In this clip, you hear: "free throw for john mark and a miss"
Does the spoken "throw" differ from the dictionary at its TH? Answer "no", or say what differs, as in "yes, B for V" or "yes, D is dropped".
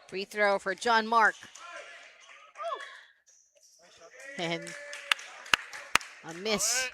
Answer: no